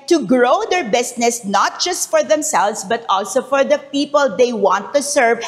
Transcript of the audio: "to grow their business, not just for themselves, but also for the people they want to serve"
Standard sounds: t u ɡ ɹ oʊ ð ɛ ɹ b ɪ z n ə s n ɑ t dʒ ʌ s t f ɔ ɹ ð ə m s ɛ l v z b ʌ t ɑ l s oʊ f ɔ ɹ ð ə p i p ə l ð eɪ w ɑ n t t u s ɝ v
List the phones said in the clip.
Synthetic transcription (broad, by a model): t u ɡ ɹ oʊ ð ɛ ɹ b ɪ s n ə s n ɑ t dʒ ʌ s t f ɔ ɹ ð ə m s ɛ l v s b ʌ t ɑ l s oʊ f ɔ ɹ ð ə p i p ə l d eɪ w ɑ n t t u s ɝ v